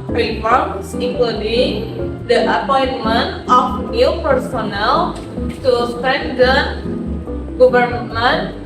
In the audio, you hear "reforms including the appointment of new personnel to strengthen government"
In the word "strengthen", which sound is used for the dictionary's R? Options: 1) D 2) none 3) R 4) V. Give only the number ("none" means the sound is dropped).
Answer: 2